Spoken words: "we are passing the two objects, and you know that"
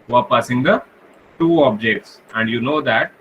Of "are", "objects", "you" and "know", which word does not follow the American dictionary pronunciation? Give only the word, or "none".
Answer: none